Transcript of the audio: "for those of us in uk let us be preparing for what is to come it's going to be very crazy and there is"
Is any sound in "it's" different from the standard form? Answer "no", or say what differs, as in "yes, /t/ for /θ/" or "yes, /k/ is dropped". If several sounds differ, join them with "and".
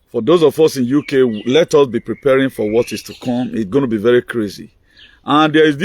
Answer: no